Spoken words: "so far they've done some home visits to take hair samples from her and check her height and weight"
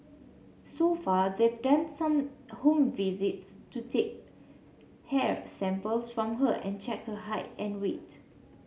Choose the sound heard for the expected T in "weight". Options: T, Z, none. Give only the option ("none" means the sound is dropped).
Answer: T